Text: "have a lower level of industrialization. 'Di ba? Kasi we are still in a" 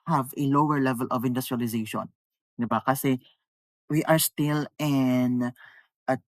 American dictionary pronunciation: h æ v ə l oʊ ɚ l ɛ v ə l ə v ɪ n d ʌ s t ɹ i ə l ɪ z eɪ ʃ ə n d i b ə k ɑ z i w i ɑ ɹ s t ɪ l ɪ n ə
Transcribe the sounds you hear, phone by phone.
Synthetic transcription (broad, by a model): h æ v ə l oʊ ɚ l ɛ v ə l ə v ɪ n d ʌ s t ɹ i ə l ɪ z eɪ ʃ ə n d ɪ b ə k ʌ s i w i ɑ ɹ s t ɪ l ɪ n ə